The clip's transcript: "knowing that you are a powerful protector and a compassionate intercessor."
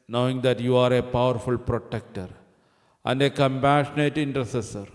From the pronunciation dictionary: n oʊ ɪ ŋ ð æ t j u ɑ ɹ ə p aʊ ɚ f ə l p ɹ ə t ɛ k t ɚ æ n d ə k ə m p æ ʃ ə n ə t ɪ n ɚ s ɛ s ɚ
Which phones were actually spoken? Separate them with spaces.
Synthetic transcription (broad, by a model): n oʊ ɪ ŋ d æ t j u ɑ ɹ ə p aʊ ɚ f ə l p ɹ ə t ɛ k t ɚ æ n d ə k ə m p æ ʃ ə n ə t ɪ n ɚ s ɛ s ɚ